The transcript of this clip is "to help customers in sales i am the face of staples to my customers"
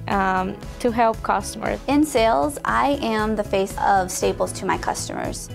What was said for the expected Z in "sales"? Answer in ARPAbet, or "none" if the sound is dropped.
Z